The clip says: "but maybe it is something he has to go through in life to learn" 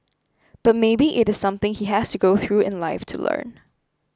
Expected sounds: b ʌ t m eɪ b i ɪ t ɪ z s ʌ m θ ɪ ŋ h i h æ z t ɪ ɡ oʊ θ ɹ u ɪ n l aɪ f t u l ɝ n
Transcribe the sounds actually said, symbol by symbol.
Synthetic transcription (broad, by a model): b ʌ t m eɪ b i ɪ t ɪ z s ʌ m θ ɪ ŋ h i h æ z t ɪ ɡ oʊ θ ɹ u ɪ n l aɪ f t u l ɝ n